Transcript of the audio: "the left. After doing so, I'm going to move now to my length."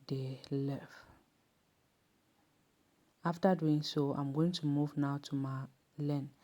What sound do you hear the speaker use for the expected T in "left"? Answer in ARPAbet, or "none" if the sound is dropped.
none